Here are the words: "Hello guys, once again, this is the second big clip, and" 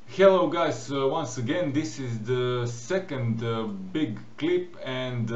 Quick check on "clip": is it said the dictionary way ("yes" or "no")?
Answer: yes